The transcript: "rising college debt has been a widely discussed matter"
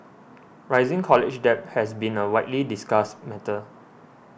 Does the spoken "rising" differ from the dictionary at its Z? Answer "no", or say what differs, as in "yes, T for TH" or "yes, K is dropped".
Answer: no